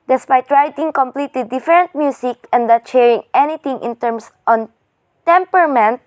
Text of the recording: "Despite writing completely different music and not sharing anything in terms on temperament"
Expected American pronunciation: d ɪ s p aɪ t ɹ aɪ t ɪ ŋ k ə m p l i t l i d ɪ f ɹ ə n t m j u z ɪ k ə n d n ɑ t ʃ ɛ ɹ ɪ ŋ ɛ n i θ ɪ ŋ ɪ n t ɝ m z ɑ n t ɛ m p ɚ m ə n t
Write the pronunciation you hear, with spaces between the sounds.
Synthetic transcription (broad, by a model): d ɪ s p aɪ t ɹ aɪ t ɪ ŋ k ə m p l i t l i d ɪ f ɹ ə n t m j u s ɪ k ə n d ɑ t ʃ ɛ ɹ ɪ ŋ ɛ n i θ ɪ ŋ ɪ n t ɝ m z ɑ n t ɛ m p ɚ m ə n t